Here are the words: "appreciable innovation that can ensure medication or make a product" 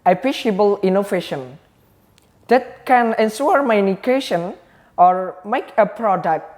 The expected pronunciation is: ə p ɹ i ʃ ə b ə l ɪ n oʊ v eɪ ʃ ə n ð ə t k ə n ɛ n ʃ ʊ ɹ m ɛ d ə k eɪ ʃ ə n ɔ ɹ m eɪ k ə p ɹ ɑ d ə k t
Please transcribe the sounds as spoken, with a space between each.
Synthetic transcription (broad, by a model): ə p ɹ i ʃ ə b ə l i n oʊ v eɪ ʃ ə n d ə t k ə n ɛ n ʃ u ɹ m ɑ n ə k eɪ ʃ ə n ɔ ɹ m eɪ k ə p ɹ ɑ d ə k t